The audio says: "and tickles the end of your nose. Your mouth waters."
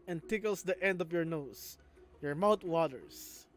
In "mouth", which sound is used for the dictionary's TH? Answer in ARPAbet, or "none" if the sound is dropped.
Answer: T